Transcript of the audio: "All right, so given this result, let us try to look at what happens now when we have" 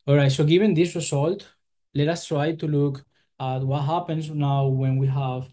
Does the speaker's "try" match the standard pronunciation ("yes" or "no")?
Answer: yes